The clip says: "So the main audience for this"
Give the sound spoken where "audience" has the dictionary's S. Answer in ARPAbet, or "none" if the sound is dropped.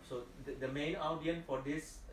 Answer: none